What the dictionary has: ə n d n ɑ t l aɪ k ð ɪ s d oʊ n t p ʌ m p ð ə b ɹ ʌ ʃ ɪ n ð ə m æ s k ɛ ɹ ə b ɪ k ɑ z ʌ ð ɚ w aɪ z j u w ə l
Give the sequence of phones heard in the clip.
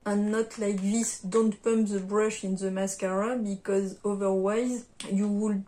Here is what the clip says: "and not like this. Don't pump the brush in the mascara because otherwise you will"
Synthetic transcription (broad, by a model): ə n n ɑ t l aɪ k ð ɪ s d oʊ n t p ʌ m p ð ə b ɹ ʌ ʃ ɪ n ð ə m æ s k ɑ ɹ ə b ɪ k ɑ z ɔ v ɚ w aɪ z j u w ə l